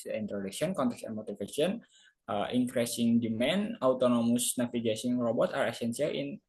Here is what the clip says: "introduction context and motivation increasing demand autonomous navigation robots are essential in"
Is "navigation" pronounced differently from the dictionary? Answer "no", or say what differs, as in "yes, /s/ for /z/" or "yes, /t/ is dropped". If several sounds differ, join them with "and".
yes, /s/ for /ʃ/